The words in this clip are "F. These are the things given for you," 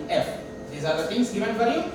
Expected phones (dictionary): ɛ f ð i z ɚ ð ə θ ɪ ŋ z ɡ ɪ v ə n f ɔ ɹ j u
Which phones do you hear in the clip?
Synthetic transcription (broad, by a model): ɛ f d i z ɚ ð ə t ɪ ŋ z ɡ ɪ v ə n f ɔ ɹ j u